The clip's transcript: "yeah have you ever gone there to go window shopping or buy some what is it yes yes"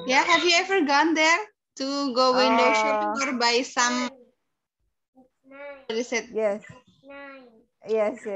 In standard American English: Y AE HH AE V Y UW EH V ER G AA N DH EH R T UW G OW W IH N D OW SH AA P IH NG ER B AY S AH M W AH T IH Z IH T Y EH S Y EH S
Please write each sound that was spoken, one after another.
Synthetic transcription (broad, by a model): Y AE HH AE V Y UW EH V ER G AA N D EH R T UW G OW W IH N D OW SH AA IH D B AY S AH M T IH S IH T Y EH S Y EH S